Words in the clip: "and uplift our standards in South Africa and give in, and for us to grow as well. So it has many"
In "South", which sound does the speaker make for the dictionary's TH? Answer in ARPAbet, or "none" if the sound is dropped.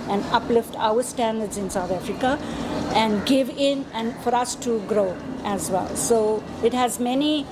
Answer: T